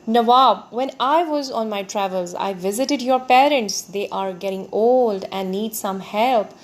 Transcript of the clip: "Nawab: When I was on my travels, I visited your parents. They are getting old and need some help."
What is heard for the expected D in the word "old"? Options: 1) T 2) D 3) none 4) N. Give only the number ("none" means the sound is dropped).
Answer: 2